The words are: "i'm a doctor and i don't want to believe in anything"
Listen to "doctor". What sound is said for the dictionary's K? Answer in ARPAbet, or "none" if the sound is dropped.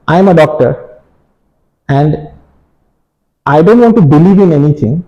K